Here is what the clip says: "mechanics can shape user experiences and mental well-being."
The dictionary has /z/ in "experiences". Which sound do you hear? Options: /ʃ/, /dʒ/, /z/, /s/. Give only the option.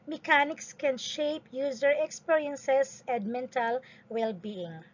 /s/